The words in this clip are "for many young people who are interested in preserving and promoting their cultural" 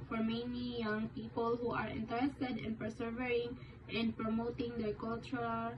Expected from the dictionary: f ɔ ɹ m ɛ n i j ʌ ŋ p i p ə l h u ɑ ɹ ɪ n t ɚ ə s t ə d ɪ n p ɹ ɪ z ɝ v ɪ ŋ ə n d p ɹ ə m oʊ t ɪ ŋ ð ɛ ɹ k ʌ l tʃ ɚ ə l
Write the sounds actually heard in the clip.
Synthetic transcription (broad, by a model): f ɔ ɹ m ɛ n i j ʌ ŋ p i p ə l h u ɑ ɹ ɪ n t ɚ ə s t ə d ɪ n p ɪ s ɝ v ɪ ŋ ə n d p ɹ ə m oʊ t ɪ ŋ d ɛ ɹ k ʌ l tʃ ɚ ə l